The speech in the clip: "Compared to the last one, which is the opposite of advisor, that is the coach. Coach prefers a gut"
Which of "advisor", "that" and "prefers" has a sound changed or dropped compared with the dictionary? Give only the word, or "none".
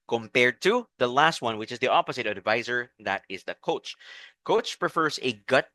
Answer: none